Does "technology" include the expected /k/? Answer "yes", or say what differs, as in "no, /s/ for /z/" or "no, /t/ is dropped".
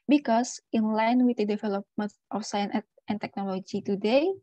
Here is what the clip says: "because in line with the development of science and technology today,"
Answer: yes